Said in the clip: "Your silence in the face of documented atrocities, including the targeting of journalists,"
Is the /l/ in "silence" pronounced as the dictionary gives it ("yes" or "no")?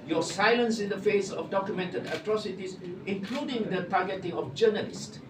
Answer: yes